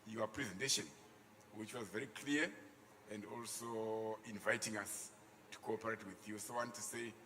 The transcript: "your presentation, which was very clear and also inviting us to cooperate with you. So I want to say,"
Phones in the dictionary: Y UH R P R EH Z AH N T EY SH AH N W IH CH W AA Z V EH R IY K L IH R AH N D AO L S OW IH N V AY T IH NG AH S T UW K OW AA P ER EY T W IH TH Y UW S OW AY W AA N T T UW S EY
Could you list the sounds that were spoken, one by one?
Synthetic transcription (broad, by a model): Y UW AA P R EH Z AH N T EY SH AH N W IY CH W AA Z V EH R IY K L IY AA AH N D AO L S OW IH N V AY T IH NG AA S T UW K OW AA P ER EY T W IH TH Y UW S OW W AA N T T UW S EY